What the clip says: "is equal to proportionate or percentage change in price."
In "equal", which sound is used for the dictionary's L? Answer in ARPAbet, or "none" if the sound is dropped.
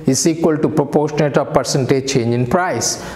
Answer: L